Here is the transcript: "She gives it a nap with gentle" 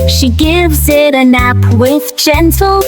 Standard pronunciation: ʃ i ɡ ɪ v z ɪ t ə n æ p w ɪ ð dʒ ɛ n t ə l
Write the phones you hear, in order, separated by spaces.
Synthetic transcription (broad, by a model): ʃ i ɡ ɪ v z ɪ t ə n æ p w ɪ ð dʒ ɛ n t l